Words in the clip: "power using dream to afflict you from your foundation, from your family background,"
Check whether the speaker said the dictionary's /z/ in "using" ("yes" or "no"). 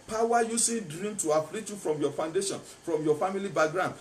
no